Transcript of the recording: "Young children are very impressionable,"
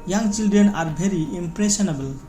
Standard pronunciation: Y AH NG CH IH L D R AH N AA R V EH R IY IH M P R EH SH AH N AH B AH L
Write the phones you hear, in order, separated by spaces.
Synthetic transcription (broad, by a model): Y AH NG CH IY L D R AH N AA R B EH R IY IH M P R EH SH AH N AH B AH L